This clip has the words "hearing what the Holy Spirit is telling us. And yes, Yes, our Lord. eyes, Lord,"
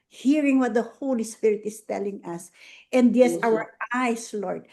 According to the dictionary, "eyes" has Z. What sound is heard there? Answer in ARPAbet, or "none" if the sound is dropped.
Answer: S